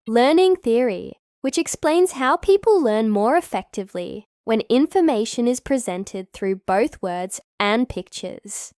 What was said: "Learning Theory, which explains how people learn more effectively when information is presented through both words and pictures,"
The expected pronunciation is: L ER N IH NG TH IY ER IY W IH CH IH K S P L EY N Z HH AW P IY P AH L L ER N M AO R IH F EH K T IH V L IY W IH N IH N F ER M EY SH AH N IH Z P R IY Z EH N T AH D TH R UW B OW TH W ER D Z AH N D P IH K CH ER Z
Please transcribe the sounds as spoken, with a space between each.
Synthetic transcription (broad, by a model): L ER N IH NG TH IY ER IY W IH CH IH K S P L EY N Z HH AW P IY P AH L L ER N M AO R IH F EH K T IH V L IY W IH N IH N F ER M EY SH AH N IH Z P R IY Z EH N T AH D TH R UW B OW TH W ER D Z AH N P IH K CH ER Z